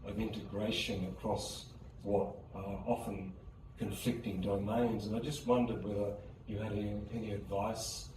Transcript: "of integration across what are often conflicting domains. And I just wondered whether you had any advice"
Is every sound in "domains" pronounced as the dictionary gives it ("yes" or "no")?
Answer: yes